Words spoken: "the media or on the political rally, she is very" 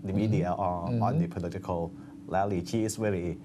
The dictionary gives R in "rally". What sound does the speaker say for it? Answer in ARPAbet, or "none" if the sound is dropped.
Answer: L